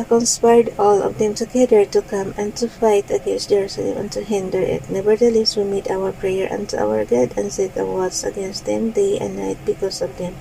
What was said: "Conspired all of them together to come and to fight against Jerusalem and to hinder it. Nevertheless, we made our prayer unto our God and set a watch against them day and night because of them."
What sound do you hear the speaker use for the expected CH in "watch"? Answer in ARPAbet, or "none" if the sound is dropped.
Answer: S